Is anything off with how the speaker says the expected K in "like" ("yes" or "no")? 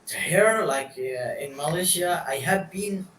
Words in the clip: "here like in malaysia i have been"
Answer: no